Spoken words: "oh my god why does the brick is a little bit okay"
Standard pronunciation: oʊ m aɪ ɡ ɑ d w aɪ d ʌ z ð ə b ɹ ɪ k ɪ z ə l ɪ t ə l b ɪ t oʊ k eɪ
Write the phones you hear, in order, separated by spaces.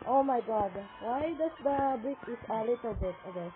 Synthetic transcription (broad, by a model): oʊ m aɪ ɡ ɑ d w aɪ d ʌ s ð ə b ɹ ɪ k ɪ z ə l ɪ t ə l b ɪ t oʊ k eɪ